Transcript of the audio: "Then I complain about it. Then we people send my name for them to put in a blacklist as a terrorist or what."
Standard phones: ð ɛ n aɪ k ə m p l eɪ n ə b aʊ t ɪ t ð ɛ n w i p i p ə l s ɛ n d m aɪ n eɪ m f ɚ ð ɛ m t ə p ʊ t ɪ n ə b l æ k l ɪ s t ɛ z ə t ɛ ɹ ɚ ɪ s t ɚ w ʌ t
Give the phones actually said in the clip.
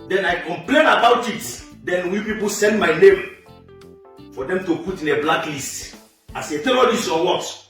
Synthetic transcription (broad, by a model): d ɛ n aɪ k ə m p l eɪ n ə b aʊ t ɪ t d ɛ n w i p i p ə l s ɛ n d m aɪ n eɪ m f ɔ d ɛ m t ə p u t ɪ n ə b l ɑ k l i s t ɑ s ə t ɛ l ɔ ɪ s ɔ w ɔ t